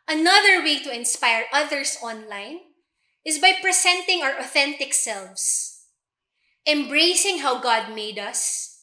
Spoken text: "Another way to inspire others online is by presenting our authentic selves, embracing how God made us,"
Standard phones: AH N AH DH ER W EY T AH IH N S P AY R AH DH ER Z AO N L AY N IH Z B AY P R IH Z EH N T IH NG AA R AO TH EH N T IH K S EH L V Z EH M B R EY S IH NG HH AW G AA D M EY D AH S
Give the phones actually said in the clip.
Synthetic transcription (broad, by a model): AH N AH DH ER W EY T AH IH N S P AY R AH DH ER S AO N L AY N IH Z B AY P R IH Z EH N T IH NG AA R AO TH EH N T IH K S EH L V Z EH M B R EY S IH NG HH AW G AA D M EY D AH S